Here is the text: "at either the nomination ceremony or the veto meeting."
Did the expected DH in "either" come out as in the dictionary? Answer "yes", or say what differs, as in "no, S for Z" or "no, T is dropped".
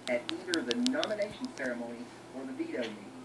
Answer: yes